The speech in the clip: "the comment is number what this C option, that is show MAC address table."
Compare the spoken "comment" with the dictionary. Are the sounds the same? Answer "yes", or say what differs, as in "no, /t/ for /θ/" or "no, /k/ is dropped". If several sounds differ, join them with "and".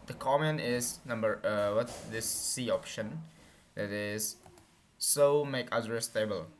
no, /t/ is dropped